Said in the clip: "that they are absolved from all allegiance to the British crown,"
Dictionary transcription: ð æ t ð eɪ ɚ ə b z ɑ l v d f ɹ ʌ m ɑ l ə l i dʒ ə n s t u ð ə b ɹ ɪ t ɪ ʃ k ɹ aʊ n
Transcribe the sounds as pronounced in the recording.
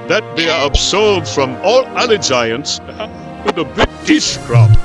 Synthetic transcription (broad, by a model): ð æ t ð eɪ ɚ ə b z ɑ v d f ɹ ʌ m ɑ l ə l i dʒ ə n s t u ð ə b ɪ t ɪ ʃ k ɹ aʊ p